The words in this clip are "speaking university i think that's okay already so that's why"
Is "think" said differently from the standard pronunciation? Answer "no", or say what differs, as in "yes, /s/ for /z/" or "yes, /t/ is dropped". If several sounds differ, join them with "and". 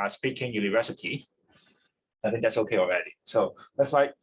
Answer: no